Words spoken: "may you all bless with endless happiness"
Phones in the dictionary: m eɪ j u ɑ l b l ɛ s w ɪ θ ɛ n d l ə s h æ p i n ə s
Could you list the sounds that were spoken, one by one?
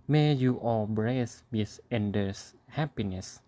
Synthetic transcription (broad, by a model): m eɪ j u ɑ l b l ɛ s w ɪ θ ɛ n d ə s h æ p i n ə s